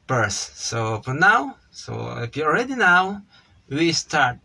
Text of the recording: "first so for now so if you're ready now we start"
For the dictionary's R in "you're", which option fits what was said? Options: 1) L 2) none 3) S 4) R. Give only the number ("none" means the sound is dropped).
1